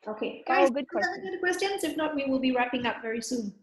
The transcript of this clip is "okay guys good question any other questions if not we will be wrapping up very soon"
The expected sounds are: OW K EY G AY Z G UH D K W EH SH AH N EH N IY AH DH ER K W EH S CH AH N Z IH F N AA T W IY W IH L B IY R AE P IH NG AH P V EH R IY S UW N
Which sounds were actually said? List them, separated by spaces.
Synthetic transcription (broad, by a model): OW K EY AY G UH D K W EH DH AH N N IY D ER K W EH S CH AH N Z IH F N AA T W IY W IH L B IY R AE P IH NG AH P V EH R IY S UW N